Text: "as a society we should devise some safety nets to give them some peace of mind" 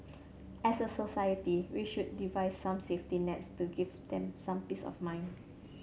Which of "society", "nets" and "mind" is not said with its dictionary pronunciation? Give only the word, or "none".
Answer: mind